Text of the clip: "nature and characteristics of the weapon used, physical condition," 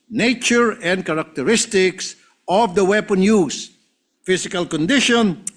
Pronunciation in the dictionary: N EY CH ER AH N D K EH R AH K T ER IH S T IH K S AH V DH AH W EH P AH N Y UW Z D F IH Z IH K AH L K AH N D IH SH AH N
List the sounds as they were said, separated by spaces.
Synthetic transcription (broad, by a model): N EY CH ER AH N D K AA R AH K T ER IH S T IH K S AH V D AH W EH P AH N Y UW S F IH S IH K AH L K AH N D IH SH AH N